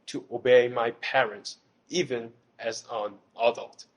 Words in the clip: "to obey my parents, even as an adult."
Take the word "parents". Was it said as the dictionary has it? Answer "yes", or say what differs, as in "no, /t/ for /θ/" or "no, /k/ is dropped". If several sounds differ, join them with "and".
yes